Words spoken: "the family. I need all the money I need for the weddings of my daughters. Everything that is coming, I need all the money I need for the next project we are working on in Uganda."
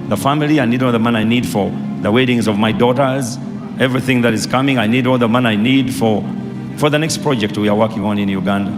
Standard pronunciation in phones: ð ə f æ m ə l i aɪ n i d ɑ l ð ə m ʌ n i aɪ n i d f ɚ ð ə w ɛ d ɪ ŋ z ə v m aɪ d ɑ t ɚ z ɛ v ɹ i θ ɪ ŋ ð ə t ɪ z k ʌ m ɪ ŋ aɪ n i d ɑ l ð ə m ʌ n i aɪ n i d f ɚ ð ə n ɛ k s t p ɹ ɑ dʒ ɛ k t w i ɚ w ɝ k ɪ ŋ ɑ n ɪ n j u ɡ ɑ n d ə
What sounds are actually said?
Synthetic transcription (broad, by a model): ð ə f æ m ə l i aɪ n i d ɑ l ð ə m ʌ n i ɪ n i d f ɚ ð ə w ɛ d ɪ ŋ z ə v m aɪ d ɑ t ɚ z ɛ v ɹ i θ ɪ ŋ ð ə t ɪ z k ʌ m ɪ ŋ aɪ n i d ɑ l ð ə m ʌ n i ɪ n i d f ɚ ð ə n ɛ k s t p ɹ ɑ dʒ ɛ k t w i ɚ w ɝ k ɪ ŋ ɑ n ɪ n j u ɡ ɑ n d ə